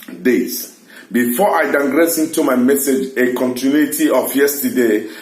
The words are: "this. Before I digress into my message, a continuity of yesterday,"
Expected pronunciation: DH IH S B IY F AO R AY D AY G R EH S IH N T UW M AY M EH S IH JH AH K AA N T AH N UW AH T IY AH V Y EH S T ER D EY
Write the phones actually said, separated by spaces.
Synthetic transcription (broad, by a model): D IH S B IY F AO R AY D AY G R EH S IH N T UW M AY M EH S IH JH AH K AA N T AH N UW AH T IY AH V Y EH S T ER D EY